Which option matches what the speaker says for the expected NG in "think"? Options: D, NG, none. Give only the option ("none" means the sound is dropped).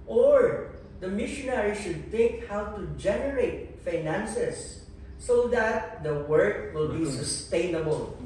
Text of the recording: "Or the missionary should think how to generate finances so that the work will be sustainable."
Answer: none